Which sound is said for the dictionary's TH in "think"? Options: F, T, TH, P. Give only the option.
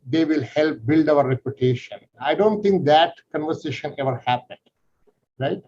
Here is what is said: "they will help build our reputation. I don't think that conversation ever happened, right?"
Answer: T